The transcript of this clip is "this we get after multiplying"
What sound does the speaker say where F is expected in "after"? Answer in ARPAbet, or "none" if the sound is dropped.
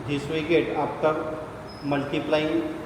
P